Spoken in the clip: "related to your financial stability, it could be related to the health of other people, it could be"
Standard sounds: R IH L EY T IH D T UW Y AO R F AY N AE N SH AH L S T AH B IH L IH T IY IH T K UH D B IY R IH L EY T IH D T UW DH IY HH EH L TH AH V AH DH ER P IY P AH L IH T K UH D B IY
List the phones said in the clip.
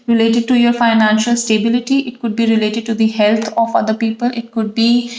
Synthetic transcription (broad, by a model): R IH L EY T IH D T UW Y AO R F AY N AE N SH AH L S T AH B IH L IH T IY IH T K UH D B IY R IH L EY T IH D T UW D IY HH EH L T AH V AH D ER P IY P AH L IH T K UH D B IY